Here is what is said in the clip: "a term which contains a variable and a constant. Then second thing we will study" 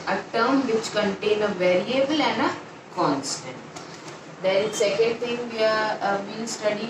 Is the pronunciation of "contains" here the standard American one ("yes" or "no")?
no